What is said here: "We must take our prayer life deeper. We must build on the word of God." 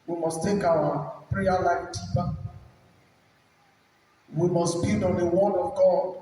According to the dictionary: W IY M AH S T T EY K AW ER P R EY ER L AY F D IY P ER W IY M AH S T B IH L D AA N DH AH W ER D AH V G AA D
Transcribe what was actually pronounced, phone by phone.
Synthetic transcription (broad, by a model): W IY M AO S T T EY K AW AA P R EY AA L AY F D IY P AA W IY M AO S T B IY D AA N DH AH W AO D AH V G AA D